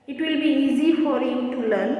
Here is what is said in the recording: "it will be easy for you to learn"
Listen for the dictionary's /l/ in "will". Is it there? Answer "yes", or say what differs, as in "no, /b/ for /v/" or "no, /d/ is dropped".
yes